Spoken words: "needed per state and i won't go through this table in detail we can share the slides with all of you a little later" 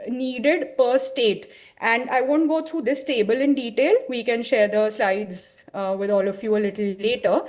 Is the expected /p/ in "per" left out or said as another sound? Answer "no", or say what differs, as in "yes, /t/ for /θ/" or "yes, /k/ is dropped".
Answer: no